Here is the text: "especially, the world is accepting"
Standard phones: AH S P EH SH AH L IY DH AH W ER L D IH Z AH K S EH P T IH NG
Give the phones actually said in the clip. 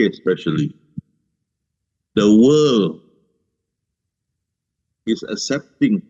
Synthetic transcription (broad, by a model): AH S P EH SH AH L IY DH AH W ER L IH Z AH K S EH P T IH NG